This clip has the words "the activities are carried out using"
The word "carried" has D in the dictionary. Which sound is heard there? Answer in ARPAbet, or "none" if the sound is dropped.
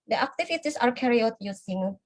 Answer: none